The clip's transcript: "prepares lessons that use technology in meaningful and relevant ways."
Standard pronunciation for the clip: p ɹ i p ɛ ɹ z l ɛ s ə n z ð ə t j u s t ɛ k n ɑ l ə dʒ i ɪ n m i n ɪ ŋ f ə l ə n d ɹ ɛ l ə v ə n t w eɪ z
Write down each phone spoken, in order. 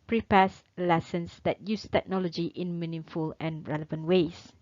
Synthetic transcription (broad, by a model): p ɹ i p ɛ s l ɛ s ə n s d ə t j u s t ɛ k n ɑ l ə dʒ i ɪ n m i n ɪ f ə l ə n ɹ ɛ l ə v ə n t w eɪ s